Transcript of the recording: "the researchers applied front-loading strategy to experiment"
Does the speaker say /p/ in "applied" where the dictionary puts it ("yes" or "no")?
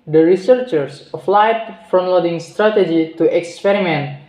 no